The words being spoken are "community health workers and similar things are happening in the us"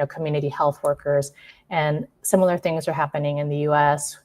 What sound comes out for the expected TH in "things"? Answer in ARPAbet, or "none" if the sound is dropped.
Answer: TH